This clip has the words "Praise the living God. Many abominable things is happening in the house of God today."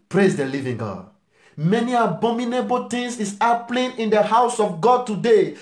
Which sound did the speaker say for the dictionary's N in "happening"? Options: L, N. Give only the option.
L